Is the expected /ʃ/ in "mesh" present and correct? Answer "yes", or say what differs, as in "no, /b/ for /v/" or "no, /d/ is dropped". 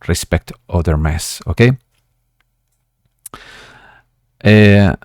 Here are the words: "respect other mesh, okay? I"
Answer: no, /s/ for /ʃ/